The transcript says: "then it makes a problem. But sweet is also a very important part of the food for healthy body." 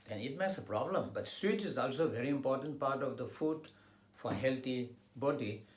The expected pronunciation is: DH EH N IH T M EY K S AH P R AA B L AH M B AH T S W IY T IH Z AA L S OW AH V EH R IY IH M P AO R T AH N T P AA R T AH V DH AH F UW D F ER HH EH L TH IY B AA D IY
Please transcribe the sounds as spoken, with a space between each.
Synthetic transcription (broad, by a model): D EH N IH T M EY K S AH P R AA B L AH M B AH T S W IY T IH Z AA L S OW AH V EH R IY IH M P AO R T AH N T P AA R T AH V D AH F UW D F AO HH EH L T IY B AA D IY